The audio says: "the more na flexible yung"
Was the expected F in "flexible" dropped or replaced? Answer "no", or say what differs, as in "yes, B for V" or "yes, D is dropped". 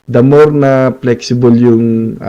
yes, P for F